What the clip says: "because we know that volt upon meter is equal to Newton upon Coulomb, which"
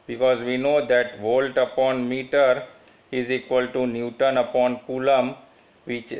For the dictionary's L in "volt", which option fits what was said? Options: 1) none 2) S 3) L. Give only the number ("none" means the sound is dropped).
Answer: 3